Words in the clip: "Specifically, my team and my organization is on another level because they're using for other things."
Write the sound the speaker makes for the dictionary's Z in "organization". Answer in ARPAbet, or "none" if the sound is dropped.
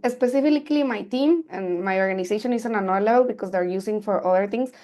S